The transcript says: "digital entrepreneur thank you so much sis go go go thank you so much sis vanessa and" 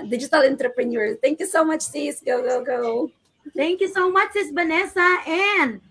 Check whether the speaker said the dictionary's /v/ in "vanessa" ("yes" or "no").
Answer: no